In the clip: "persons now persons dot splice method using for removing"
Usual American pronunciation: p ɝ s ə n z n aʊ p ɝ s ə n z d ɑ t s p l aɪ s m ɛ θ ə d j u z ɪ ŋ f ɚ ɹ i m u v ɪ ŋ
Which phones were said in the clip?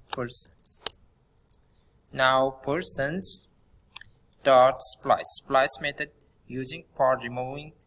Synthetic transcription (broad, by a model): p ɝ s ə n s n aʊ p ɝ s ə n s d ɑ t s p l aɪ s m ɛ t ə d j u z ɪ ŋ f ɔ ɹ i m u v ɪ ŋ